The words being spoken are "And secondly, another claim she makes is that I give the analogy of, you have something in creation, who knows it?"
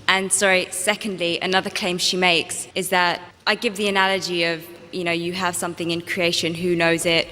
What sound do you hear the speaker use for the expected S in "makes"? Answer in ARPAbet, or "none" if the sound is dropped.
S